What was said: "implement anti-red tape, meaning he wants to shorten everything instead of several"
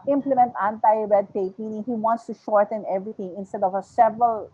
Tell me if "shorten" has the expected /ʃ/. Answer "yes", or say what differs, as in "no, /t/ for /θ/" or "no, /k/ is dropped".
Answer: yes